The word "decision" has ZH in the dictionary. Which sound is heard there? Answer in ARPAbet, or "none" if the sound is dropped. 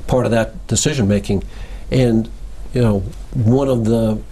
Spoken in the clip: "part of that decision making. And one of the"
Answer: ZH